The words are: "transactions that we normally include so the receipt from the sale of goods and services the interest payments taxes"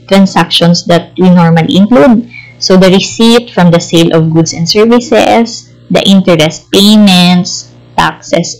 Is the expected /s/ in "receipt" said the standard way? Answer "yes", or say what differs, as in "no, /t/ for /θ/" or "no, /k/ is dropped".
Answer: yes